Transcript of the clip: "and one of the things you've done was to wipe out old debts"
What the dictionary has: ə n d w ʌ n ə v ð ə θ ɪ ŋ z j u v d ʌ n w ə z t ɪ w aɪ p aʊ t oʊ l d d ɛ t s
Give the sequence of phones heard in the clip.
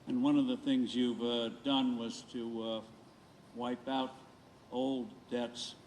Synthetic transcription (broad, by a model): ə n w ʌ n ə v ð ə θ ɪ ŋ z j u v d ʌ n w ə z t ɪ w aɪ p aʊ t oʊ l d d ɛ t s